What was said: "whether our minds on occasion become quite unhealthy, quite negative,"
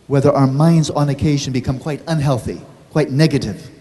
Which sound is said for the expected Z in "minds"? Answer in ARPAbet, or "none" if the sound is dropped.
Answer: Z